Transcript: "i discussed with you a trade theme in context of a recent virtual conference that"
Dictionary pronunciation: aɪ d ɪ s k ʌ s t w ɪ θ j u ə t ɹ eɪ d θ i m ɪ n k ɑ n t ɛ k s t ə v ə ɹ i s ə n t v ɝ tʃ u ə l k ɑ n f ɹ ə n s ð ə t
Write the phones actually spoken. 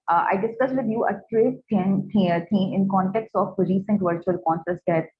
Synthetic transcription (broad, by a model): aɪ d ɪ s k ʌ s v ɪ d j u ə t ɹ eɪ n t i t ɪ n k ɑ n t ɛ k s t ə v ɹ i s ə n t v ɝ tʃ u ə l k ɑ n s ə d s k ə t